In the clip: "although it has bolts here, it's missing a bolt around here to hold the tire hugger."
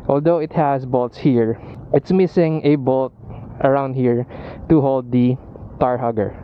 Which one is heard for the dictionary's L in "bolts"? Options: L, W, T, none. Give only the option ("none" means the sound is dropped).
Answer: L